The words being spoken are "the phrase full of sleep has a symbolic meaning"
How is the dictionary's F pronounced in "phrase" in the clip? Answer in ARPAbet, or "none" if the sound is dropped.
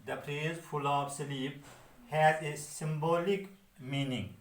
P